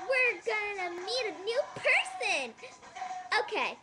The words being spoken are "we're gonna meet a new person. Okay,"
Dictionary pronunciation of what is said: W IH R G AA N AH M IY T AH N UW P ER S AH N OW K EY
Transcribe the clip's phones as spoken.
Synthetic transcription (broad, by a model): W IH R G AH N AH M IY T AH N UW P ER S AH N OW K EY